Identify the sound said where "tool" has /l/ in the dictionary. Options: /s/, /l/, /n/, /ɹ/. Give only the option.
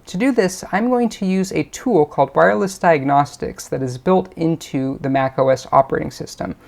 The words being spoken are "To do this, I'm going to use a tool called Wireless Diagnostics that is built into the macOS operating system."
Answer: /l/